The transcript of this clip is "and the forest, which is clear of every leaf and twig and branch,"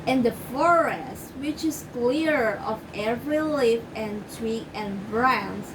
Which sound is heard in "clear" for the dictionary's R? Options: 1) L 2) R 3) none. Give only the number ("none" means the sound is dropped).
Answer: 2